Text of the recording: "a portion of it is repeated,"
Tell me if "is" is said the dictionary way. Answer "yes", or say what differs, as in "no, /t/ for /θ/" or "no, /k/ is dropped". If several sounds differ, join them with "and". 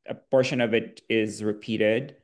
yes